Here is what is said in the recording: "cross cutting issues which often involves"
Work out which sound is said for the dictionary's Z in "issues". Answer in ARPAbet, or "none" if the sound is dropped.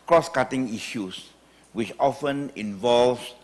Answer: S